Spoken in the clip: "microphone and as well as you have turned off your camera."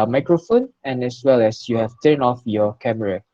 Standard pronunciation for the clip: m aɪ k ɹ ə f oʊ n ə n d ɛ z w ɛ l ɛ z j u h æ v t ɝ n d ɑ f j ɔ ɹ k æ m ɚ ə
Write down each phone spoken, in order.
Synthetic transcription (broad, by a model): m aɪ k ɹ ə f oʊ n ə n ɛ s w ɛ l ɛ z j u h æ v t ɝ n ɑ f j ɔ k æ m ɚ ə